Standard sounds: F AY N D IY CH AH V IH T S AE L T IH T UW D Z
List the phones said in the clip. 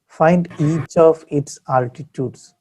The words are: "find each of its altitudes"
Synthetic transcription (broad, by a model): F AY N D IY CH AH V IH T S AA L T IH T UW D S